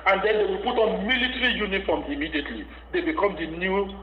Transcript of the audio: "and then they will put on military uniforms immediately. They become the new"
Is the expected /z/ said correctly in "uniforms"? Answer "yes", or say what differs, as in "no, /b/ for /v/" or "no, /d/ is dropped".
no, /z/ is dropped